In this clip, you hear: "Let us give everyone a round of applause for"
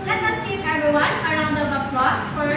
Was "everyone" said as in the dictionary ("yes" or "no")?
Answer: no